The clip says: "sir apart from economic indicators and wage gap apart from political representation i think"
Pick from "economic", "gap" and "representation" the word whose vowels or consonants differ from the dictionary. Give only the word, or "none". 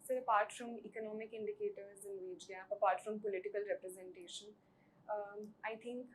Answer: gap